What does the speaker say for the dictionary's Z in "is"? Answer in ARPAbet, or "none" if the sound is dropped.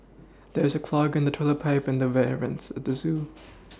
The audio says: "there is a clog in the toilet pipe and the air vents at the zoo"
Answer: Z